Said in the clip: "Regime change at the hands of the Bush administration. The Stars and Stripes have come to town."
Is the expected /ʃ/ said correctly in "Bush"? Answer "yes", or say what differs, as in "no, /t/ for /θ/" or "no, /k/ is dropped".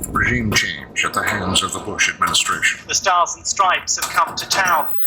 yes